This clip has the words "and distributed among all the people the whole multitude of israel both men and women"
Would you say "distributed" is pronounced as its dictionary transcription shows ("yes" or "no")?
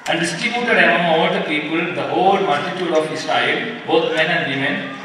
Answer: no